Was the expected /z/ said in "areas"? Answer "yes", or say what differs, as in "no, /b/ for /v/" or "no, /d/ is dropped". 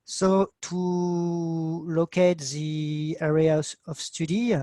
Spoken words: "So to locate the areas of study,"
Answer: no, /z/ is dropped